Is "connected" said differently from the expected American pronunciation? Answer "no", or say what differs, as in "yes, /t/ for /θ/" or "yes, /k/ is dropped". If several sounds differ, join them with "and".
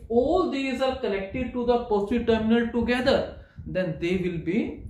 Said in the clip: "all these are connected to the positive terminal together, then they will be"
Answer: yes, /l/ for /n/